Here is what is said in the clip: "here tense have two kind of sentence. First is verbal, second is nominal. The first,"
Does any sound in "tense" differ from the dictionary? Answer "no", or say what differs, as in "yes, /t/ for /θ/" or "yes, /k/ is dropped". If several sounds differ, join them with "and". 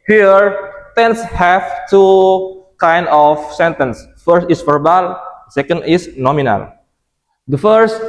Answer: no